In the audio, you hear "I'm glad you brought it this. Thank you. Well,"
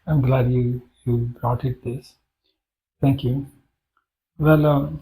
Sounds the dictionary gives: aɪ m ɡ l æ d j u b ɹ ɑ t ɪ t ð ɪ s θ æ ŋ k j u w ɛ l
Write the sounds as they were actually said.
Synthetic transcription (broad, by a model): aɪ m ɡ l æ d j u b ɹ ɑ t ɪ t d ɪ s t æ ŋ k j u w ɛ l